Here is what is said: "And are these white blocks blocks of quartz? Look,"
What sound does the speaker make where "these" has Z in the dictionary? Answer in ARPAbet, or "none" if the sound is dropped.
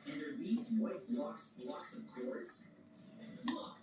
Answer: Z